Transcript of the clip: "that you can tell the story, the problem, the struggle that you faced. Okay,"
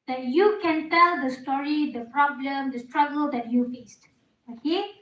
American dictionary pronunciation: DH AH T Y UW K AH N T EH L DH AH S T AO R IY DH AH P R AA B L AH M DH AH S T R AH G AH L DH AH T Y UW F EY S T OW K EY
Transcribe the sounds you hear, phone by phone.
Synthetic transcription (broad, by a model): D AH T Y UW K AH N T EH L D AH S T AO R IY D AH P R AA B L AH M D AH S T R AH G AH L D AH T Y UW F EY S T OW K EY